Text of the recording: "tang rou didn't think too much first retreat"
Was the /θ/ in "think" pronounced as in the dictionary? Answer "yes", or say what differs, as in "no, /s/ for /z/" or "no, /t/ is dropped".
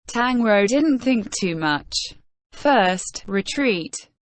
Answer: yes